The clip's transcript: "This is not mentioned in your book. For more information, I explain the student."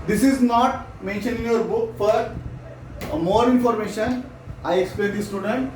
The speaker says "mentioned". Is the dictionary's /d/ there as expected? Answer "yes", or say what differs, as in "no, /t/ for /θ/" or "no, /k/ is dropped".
no, /d/ is dropped